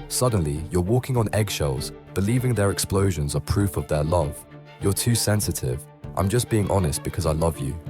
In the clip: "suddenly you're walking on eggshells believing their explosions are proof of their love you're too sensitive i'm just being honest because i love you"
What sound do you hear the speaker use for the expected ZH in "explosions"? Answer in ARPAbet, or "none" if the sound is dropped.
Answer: ZH